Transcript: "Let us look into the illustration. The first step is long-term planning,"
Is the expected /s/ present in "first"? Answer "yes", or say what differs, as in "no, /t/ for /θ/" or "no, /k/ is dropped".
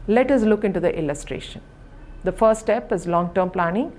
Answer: no, /s/ is dropped